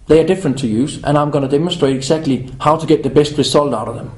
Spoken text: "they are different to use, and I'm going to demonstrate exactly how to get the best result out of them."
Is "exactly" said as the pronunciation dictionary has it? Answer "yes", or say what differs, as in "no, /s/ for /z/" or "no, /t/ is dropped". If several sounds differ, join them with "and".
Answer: yes